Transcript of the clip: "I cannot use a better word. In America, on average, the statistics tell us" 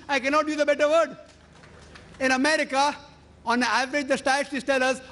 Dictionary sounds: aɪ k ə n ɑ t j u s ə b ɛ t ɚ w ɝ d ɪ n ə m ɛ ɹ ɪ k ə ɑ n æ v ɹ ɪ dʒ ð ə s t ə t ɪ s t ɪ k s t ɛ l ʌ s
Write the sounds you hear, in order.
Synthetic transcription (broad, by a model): aɪ k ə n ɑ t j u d ə b ɛ t ɚ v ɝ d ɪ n ə m ɛ ɹ ɪ k ə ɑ n æ v ɹ ɪ dʒ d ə s t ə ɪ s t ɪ s t ɛ l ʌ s